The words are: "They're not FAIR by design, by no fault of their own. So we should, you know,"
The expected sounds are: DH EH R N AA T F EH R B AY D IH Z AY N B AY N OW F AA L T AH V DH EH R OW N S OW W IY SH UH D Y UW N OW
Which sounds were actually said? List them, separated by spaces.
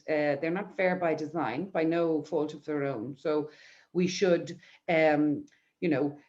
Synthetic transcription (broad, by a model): DH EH R N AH T F EH R B AY D IH Z AY N B AY N OW F AA L T AH V DH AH R OW N S OW W IY SH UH D Y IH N OW